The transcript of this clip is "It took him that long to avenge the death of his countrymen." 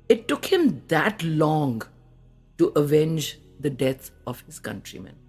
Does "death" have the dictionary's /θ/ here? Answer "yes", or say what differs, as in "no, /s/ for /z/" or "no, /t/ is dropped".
no, /t/ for /θ/